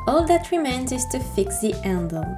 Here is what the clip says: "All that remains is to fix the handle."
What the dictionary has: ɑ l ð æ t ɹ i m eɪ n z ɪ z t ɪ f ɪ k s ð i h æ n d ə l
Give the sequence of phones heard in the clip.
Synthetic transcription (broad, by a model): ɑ l ð æ t ɹ i m eɪ n z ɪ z t ɪ f ɪ k s ð i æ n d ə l